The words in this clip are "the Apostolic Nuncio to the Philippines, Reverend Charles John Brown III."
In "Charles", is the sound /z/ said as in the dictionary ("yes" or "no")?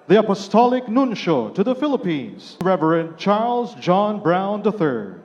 yes